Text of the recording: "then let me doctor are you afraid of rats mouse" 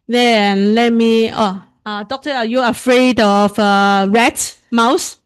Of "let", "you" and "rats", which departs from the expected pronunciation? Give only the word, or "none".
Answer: rats